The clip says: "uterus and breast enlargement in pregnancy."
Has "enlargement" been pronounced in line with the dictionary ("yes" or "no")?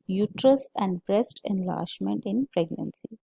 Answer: no